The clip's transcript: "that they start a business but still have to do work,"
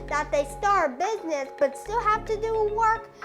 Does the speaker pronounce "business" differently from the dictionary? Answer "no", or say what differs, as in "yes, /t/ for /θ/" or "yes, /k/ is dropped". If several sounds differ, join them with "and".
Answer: no